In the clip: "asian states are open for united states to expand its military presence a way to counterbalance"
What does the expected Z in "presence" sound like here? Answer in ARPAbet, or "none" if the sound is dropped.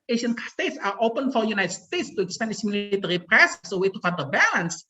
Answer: S